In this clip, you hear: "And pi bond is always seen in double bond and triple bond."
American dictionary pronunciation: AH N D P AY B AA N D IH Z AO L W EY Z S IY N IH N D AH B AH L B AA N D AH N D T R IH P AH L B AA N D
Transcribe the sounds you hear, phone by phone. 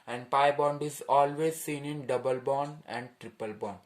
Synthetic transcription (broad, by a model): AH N D P AY B AA N D IH Z AO L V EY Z S IY N IH N D AH B AH L B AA N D AH N D T R IH P AH L B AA N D